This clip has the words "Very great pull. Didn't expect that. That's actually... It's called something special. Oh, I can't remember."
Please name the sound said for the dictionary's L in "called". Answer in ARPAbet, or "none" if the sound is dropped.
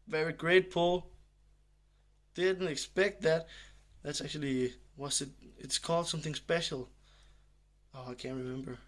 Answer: L